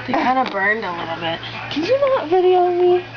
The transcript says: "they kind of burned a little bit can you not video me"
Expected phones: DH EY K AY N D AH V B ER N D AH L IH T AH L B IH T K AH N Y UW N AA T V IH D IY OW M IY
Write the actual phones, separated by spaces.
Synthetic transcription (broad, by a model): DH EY K AY N D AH B ER N D AH L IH T L B IH T K AH N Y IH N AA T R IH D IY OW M IY